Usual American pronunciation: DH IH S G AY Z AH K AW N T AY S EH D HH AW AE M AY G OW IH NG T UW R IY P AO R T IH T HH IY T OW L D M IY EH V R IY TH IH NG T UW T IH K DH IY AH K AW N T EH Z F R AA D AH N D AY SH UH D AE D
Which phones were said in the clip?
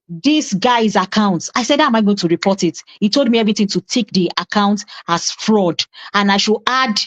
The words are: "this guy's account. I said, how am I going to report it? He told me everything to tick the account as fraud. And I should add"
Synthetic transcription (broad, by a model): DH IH S G AY Z AH K AW N T AY S EH D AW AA M AY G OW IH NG T UW R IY P AO T IH T HH IY T OW L D M IY EH V R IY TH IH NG T UW T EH K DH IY AH K AW N T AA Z F R AA D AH N AY SH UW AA D